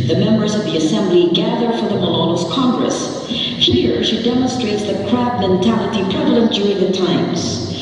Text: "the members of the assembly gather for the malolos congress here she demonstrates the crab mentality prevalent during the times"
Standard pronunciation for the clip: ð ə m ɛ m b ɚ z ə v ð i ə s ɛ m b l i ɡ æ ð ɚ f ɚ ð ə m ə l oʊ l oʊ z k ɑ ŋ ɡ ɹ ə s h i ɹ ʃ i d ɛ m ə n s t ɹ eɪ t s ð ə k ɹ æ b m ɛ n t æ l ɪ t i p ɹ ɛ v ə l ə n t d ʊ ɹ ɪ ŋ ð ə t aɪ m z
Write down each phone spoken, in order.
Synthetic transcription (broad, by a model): ð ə m ɛ m b ɚ z ə v ð i ə s ɛ m b l i ɡ æ ð ɚ f ɚ ð ə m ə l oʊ n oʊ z k ɑ ŋ ɡ ɹ ə s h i ɹ ʃ i d ɛ m ə n s t ɹ eɪ t s ð ə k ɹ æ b m ɛ n t æ l ɪ t i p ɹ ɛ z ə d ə n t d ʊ ɹ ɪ ŋ ð ə t aɪ m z